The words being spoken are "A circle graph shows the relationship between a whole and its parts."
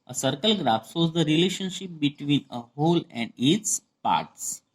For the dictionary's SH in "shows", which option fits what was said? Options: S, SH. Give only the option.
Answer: S